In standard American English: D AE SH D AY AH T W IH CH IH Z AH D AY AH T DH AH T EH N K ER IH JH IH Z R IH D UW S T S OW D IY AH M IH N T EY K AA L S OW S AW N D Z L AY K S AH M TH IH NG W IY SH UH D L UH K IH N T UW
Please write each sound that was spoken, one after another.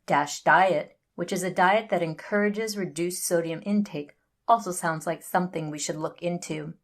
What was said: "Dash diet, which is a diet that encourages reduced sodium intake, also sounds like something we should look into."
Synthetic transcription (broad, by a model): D AE SH D AY AH T W IH CH IH Z AH D AY AH T DH AH T EH N K ER IH JH IH Z R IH D UW S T S OW D IY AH M IH N T EY K AA L S OW S AW N D Z L AY K S AH M TH IH NG W IY SH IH D L UH K IH N T UW